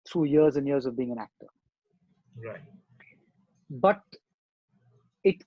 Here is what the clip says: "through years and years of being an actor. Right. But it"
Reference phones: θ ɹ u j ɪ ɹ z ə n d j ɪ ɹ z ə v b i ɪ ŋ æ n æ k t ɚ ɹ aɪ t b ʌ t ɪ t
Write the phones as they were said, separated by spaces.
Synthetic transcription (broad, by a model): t ɹ u j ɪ ɹ z ə n d j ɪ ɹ z ə v b i ɪ ŋ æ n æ k t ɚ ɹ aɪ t b ʌ t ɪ t